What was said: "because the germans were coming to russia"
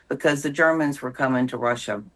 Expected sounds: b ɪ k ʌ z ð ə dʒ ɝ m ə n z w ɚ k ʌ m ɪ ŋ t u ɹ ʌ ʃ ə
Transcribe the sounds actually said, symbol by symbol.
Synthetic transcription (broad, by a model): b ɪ k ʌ z ð ə dʒ ɝ m ə n z w ɚ k ʌ m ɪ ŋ t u ɹ ʌ ʃ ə